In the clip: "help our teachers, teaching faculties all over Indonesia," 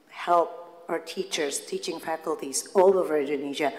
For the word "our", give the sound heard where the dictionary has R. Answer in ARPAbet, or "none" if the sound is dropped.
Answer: R